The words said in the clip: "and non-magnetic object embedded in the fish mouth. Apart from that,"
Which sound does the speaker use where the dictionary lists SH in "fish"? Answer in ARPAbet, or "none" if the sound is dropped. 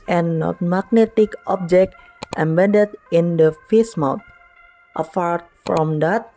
S